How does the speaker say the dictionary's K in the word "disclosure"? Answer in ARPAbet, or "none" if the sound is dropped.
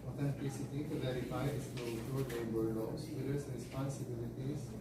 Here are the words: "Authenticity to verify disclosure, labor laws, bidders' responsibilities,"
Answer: none